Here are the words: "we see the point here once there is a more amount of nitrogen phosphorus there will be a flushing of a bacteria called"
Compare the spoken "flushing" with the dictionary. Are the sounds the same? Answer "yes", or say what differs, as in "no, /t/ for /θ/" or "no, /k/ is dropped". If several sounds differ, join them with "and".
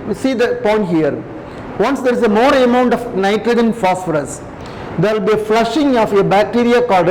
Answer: yes